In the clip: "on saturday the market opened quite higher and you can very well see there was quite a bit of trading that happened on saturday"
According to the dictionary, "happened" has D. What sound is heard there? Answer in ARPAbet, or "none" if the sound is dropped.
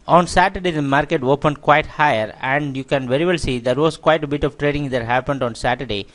D